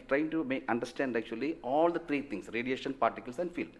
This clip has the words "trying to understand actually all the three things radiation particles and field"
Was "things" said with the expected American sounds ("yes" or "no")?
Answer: no